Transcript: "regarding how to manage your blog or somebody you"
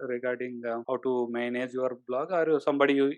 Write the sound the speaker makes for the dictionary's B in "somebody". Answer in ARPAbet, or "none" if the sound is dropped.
B